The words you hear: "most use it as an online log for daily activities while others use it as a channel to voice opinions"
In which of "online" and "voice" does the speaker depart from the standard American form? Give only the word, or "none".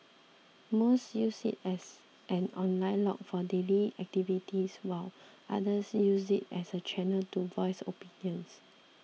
none